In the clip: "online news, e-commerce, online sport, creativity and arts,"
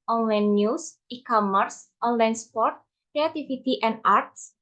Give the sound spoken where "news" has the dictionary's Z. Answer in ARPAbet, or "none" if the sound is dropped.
S